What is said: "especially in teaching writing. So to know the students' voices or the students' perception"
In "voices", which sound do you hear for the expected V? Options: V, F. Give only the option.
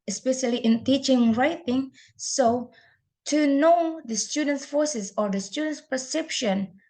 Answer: F